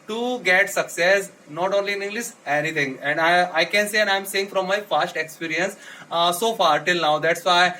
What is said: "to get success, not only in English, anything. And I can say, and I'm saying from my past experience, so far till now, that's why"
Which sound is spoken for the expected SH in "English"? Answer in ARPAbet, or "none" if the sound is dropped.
S